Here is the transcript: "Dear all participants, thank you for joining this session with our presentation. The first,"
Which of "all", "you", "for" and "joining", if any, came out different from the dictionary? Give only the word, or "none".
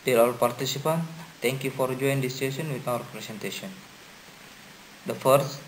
joining